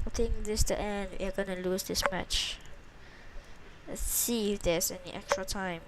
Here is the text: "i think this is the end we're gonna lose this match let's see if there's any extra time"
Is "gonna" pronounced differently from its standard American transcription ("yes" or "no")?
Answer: no